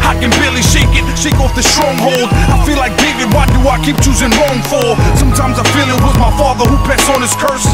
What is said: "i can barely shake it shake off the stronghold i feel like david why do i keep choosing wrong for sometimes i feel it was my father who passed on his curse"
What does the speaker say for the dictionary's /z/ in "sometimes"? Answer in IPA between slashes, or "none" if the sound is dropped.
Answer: /z/